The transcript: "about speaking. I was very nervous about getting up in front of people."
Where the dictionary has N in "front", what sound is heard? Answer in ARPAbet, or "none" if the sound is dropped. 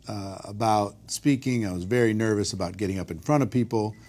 none